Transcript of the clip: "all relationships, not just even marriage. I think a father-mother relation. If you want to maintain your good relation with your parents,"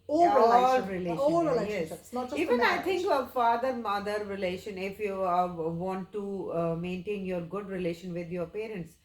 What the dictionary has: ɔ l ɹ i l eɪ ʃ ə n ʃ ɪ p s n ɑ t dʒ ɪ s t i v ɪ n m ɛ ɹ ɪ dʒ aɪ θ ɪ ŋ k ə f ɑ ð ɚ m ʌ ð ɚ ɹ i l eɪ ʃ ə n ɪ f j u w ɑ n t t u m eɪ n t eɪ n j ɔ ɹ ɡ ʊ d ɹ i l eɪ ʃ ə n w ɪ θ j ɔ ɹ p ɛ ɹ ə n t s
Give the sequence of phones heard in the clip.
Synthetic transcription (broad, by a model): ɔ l ɹ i l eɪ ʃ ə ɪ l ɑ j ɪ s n i v ɪ n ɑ ɪ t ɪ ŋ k ə f ɑ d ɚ m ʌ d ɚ ɹ i l eɪ ʃ ə n ɪ f j u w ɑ n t t u m eɪ n t eɪ n j ɔ ɹ ɡ ʊ d ɹ i l eɪ ʃ ə n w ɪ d j ɔ ɹ p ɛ ɹ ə n t s